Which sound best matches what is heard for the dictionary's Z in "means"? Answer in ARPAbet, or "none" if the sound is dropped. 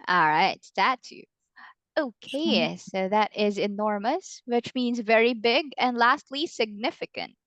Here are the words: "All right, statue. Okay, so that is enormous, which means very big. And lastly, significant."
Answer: Z